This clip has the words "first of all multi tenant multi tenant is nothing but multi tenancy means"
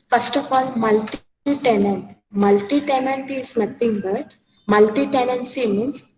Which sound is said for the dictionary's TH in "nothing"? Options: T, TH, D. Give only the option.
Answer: T